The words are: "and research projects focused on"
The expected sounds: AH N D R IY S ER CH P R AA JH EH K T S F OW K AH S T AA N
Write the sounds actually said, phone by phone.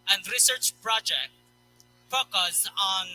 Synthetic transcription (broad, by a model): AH N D R IY S ER CH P R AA JH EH K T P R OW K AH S AA N